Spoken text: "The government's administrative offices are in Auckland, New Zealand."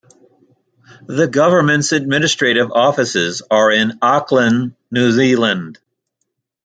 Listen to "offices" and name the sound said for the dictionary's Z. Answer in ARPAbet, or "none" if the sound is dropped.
Z